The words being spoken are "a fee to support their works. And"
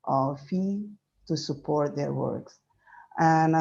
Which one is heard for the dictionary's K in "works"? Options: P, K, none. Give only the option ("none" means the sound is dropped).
K